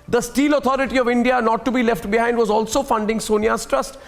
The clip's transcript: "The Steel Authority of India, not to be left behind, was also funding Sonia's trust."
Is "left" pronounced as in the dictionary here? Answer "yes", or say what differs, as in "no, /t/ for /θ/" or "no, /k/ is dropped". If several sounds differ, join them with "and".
yes